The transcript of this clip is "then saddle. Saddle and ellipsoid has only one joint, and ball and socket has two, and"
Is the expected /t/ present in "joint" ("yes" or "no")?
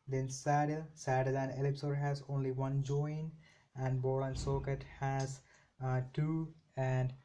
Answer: no